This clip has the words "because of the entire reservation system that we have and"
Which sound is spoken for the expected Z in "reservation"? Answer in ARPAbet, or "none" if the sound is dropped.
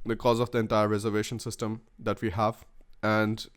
Z